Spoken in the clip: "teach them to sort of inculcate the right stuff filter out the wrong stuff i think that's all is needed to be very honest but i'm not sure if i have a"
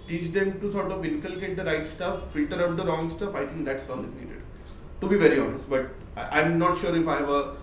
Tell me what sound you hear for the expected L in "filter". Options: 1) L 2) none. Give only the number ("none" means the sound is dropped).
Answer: 1